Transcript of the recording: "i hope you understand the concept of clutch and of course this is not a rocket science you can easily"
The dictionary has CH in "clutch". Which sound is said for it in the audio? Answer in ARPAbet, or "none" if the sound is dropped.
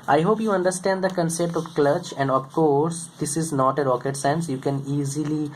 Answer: CH